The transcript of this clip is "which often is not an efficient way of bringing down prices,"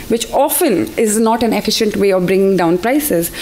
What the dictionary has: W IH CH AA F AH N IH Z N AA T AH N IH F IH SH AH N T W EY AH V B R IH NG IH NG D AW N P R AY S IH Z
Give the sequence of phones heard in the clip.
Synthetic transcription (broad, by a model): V IH CH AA F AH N IH Z N AA T AH N IH F IH SH AH N T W EY AH V B R IH NG IH NG D AW N P R AY S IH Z